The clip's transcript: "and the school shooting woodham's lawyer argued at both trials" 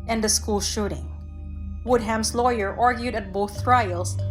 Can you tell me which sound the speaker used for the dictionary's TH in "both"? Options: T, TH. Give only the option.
TH